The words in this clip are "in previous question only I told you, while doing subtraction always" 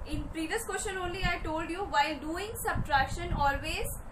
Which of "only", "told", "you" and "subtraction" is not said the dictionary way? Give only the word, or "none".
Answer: none